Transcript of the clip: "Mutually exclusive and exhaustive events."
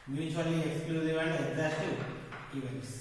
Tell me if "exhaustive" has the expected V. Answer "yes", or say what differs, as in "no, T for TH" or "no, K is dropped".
no, V is dropped